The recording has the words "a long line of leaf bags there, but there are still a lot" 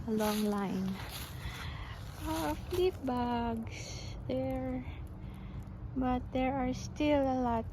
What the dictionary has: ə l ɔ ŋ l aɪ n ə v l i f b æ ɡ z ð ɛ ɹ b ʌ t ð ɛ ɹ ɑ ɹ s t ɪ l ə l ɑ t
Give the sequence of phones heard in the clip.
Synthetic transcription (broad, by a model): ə l ɔ ŋ l aɪ n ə f l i p b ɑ ɡ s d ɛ ɹ b ʌ t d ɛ ɹ ɑ ɹ s t ɪ l ə l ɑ t